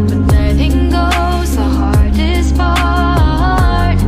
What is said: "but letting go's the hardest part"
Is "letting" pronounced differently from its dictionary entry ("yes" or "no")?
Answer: yes